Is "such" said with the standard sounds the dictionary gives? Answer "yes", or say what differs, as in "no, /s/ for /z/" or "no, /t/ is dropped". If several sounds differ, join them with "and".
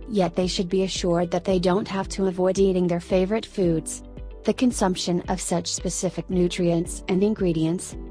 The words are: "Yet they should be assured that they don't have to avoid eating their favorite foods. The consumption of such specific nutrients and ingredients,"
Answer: yes